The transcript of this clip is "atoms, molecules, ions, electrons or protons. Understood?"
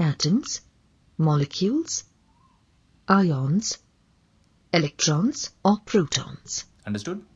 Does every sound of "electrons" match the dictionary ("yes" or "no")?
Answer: yes